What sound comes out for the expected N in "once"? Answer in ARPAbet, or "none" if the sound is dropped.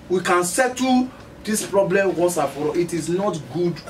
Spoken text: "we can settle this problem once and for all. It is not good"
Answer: none